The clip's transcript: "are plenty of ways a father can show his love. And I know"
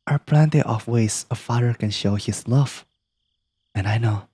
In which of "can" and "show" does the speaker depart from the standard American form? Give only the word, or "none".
none